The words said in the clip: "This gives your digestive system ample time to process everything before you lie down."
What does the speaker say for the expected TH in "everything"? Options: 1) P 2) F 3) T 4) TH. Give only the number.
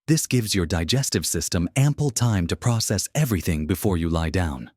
4